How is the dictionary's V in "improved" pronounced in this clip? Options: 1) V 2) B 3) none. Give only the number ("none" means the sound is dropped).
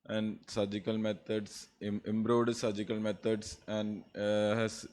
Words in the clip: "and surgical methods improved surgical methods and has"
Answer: 3